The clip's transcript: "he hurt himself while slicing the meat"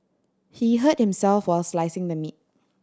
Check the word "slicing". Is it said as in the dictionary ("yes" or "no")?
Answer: yes